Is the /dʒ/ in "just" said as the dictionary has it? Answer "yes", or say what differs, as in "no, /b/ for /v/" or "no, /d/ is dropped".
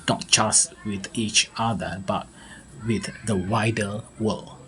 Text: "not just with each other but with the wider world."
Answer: no, /tʃ/ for /dʒ/